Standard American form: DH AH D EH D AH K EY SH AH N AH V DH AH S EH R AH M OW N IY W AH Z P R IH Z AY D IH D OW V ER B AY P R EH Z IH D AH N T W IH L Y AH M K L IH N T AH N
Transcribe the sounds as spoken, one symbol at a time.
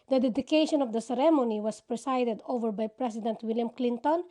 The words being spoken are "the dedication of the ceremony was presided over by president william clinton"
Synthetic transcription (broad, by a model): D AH D EH D AH K EY SH AH N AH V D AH S EH R AH M OW N IY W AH S P R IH S AY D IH D OW V ER B AY P R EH S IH D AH N T W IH L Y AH M K L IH N T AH N